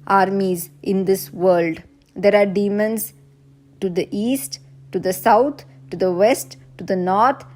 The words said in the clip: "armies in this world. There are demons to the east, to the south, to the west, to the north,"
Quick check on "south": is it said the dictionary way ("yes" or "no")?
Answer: no